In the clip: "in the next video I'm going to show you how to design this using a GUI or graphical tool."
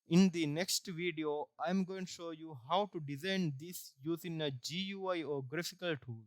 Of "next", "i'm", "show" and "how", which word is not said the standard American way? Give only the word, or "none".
none